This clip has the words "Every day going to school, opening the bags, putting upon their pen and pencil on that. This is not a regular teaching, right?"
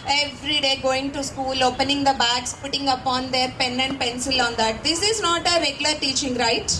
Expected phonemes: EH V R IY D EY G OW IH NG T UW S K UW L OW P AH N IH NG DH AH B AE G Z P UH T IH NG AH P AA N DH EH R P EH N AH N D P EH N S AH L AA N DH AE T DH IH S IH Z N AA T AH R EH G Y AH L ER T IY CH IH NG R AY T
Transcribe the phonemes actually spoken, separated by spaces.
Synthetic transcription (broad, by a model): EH V R IY D EY G OW IH NG T UW S K UW L OW P AH N IH NG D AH B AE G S P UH T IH NG AH P AA N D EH R P EH N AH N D P EH N S AH L AA N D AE T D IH S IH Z N AA T AH R EH G Y AH L ER T IY CH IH NG R AY T